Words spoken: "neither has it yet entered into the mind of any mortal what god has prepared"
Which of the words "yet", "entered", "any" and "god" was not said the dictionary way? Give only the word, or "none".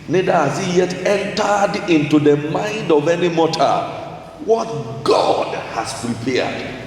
none